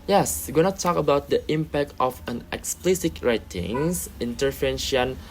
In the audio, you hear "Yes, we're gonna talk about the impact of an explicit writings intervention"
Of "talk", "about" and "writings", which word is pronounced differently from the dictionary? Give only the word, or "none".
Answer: writings